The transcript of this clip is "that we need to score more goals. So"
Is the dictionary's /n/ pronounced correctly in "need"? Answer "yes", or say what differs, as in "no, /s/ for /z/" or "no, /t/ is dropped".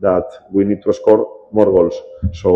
yes